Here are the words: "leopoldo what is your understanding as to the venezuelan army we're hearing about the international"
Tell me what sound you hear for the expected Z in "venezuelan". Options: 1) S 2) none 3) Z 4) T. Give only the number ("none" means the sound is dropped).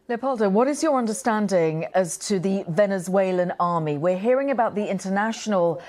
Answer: 3